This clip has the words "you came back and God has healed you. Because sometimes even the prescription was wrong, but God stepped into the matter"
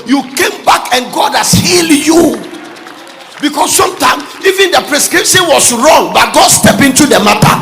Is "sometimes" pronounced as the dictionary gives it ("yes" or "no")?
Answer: no